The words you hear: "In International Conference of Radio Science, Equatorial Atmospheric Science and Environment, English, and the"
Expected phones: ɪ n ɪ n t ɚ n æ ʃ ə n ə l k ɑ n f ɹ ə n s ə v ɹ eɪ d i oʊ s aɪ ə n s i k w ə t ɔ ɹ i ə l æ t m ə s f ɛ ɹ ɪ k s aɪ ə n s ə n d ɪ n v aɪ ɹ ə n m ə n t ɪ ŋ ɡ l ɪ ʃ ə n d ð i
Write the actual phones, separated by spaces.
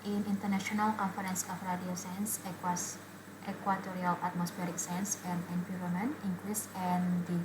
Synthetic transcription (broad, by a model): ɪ n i n t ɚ n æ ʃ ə n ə l k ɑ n f ɹ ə n s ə f ɹ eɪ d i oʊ s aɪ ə n s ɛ k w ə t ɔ ɹ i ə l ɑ t m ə s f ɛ ɹ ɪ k s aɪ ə n s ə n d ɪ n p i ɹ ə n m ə n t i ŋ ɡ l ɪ s ə n d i